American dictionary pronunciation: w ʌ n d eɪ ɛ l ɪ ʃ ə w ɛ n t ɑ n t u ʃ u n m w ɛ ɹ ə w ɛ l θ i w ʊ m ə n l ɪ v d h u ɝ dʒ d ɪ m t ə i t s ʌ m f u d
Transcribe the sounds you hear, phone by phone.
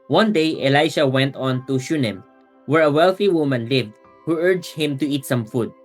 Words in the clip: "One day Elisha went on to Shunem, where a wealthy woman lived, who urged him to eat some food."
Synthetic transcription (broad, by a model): w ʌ n d eɪ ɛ l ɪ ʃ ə w ɛ n t ɑ n t u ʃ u n m w ɛ ɹ ə w ɛ l θ i w ʊ m ə n l ɪ v d h u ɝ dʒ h ɪ m t ə i t s ʌ m f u d